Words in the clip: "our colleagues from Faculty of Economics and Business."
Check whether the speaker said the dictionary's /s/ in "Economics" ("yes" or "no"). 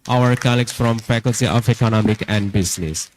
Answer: no